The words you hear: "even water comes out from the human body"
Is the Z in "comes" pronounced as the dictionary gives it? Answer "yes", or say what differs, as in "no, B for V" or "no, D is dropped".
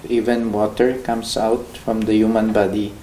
no, S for Z